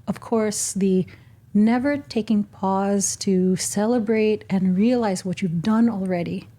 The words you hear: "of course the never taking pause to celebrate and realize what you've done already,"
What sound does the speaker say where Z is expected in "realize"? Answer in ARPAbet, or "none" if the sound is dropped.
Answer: Z